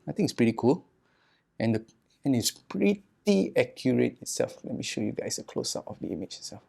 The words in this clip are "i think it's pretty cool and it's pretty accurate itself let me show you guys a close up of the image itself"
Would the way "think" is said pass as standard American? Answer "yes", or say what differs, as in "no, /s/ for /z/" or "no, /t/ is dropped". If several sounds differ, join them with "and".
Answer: no, /t/ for /θ/ and /k/ is dropped